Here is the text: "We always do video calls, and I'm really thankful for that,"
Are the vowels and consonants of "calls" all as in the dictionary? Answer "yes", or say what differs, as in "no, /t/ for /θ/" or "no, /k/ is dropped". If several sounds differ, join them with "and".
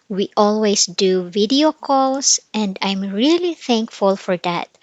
no, /s/ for /z/